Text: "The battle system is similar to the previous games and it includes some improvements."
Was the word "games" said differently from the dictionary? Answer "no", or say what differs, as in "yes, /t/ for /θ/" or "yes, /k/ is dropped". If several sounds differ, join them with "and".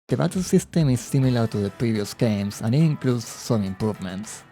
yes, /s/ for /z/